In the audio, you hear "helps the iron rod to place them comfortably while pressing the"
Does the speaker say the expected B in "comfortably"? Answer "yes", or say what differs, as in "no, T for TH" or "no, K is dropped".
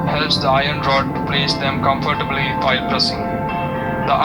yes